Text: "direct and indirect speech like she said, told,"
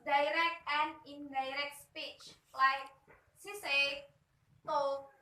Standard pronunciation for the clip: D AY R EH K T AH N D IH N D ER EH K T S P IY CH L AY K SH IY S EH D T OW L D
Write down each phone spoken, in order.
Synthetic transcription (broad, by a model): D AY R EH K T AH N D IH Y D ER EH K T S P IY CH L AY K S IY S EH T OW